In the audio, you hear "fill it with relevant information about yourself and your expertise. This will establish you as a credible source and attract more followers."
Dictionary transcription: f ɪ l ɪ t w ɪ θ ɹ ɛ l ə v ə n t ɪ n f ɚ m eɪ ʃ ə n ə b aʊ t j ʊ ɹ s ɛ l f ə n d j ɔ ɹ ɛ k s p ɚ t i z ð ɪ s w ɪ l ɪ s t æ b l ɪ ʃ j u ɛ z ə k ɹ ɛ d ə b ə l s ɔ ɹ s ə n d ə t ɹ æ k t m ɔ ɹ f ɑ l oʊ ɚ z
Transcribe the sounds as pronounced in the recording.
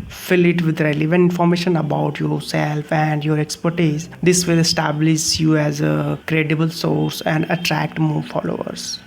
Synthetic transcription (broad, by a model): f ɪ l ɪ t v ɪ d ɹ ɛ l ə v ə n ɪ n f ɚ m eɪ ʃ ə n ə b aʊ t j ʊ ɹ s ɛ l f ə n d j ɔ ɹ ɛ k s p ɚ t i z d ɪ s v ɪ l ɪ s t æ b l ɪ ʃ j u ɛ z ə k ɹ ɛ d ə b ə l s ɔ ɹ s ə n d ə t ɹ æ k t m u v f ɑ l oʊ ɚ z